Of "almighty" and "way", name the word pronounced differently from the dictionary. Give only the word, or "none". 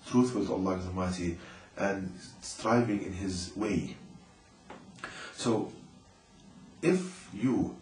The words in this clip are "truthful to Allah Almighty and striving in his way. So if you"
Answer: almighty